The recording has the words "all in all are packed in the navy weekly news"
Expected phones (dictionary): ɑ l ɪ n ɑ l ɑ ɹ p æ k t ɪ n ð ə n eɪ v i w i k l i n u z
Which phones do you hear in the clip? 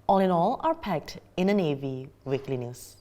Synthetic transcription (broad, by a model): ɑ l ɪ n ɑ l ɑ ɹ p æ k t ɪ n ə n eɪ v i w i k l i n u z